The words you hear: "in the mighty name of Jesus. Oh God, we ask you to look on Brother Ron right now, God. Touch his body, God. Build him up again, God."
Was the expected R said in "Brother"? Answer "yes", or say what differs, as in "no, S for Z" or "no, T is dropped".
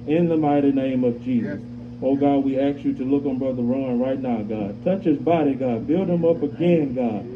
yes